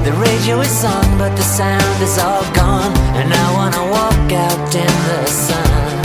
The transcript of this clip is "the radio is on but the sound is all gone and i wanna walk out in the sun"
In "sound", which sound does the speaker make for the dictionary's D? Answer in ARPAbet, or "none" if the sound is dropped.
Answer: D